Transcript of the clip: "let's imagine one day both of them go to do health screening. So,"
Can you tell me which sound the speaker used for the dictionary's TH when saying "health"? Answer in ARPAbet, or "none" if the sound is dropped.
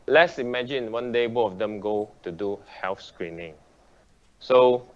F